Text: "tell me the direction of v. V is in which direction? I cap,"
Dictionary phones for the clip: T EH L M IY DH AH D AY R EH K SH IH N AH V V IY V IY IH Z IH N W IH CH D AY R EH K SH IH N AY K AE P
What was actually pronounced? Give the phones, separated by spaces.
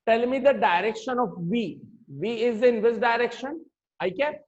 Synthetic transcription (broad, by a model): T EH L M IY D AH D AY R EH K SH IH N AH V V IY V IY IH Z IH N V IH S D AY R EH K SH IH N AY K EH